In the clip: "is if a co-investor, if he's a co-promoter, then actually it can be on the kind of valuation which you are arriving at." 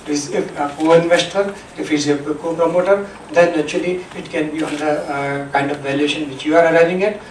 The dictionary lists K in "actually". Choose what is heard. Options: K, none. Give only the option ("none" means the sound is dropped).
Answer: none